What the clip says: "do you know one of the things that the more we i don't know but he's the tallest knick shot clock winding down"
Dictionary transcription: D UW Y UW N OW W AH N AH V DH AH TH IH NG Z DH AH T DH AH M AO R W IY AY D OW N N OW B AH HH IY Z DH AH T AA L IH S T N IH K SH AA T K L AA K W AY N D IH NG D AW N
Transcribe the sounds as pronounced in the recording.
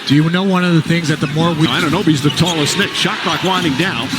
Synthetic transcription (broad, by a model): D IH Y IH N OW W AH N AH V DH AH TH IH NG Z DH AH T DH AH M AO R W IY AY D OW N N OW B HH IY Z DH AH T AA L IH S N IH K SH AA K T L AA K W AY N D IH NG D AW N